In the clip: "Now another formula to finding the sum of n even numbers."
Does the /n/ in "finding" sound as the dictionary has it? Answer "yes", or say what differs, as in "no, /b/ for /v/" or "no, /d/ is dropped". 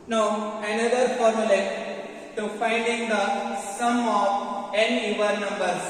yes